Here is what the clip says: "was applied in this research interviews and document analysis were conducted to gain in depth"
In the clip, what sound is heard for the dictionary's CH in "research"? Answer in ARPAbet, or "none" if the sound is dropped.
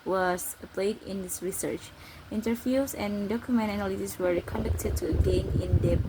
CH